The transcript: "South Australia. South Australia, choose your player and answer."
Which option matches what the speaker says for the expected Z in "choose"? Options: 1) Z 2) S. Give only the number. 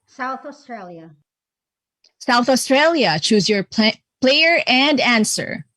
1